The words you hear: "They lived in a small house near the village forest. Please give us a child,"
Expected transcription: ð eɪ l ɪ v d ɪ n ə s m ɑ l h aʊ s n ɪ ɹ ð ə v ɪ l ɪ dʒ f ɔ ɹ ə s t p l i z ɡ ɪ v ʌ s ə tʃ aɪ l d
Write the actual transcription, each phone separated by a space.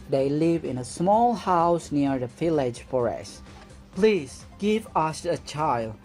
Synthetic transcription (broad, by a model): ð eɪ l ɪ v ɪ n ə s m ɑ l h aʊ s n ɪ ɹ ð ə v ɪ l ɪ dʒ f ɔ ɹ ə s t p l i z ɡ ɪ v ʌ s ə tʃ aɪ l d